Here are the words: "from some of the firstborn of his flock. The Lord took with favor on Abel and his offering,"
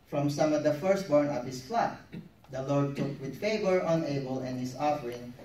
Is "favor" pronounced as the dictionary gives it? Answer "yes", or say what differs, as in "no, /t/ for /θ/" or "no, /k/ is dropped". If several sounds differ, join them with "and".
yes